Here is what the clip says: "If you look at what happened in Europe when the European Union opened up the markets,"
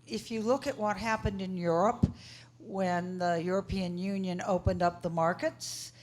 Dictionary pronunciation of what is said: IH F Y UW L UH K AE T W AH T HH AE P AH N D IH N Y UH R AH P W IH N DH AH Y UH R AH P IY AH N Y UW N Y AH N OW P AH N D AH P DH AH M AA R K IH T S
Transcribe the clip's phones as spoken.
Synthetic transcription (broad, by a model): IH F Y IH L UH K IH T W AH T HH AE P AH N D IH N Y UH R AH P W IH N DH AH Y UH R AH P IY AH N Y UW N Y AH N OW P AH N D AH P DH AH M AA R K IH T S